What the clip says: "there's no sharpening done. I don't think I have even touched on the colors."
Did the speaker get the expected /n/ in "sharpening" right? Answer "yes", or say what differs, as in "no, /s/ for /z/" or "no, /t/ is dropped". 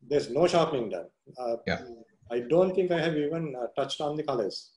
no, /n/ is dropped